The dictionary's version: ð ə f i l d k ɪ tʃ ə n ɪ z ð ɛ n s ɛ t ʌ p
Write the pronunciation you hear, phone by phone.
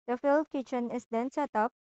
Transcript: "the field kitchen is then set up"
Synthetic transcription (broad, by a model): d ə f i l d k ɪ tʃ ə n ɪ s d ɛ n s ɛ t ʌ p